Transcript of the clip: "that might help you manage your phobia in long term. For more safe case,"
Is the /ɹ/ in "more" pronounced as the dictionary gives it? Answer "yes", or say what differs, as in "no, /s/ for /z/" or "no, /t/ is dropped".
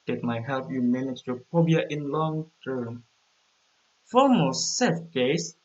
no, /l/ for /ɹ/